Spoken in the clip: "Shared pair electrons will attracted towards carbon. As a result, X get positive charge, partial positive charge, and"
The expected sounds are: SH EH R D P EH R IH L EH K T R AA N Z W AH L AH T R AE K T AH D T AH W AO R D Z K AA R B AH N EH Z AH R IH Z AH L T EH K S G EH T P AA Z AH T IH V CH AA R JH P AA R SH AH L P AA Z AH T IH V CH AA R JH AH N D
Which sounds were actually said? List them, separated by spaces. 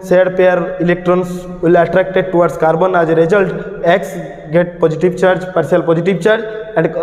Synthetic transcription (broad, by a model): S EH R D P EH R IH L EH K T R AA N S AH L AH T R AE K T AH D T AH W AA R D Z K AA R B AH N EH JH AH R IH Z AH L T EH K S G EH T P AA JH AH T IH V CH AA R JH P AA R S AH L P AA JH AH T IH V CH AA R JH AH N D